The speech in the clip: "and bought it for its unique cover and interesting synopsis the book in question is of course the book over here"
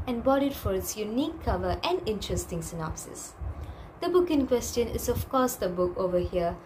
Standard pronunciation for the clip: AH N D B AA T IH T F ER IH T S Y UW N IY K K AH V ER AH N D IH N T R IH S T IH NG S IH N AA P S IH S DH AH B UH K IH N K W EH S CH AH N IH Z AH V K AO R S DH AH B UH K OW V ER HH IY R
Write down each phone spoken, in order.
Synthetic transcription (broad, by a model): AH N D B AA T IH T F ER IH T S Y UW N IY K K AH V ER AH N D IH N T R IH S T IH NG S IH N AA P S IH S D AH B UH K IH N K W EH S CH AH N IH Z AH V K AO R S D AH B UH K OW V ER HH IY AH